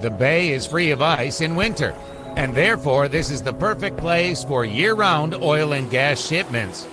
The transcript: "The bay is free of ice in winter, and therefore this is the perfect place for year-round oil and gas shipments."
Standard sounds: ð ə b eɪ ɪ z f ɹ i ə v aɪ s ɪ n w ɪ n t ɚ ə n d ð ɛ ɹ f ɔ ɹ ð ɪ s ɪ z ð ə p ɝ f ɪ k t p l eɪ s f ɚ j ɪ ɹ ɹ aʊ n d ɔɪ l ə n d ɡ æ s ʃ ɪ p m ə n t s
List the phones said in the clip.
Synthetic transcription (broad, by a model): ð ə b eɪ ɪ z f ɹ i ə v aɪ s ɪ n w ɪ n t ɚ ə n ð ɛ ɹ f ɔ ɹ ð ɪ s ɪ z ð ə p ɝ f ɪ k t p l eɪ s f ɚ j ɪ ɹ ɹ aʊ n d ɔɪ l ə n ɡ æ s ʃ ɪ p m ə n t s